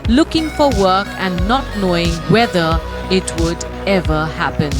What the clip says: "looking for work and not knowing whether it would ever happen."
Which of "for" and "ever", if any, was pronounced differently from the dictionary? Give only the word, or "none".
none